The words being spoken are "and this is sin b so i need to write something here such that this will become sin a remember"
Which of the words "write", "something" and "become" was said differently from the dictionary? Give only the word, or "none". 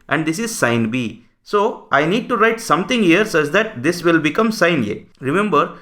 something